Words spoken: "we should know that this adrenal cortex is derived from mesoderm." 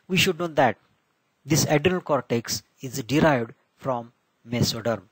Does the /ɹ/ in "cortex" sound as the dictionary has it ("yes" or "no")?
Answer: yes